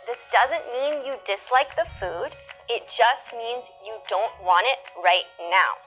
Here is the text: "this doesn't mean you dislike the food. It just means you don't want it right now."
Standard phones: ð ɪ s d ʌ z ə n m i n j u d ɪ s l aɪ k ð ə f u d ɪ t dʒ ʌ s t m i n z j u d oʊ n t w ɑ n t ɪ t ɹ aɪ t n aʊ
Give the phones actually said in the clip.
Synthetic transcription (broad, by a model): ð ɪ s d ʌ z ə n m i n j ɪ d ɪ s l aɪ k ð ə f u d ɪ t dʒ ʌ s t m i n z j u d oʊ n t w ɑ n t ɪ t ɹ aɪ t n aʊ